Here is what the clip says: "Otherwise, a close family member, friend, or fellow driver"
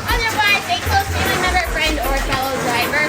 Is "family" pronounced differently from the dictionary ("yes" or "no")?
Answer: yes